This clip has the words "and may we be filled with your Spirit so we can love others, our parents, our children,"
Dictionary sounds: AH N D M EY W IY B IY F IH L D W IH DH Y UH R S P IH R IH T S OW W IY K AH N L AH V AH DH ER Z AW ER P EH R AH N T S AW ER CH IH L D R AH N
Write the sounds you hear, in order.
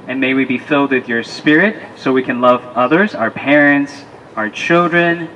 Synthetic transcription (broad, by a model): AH N M EY W IY B IY F IH L D W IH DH Y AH R S P IH R IH T S OW W IY K AH N L AH V AH DH ER Z AW ER P EH R AH N T S AW ER CH IH L D R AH N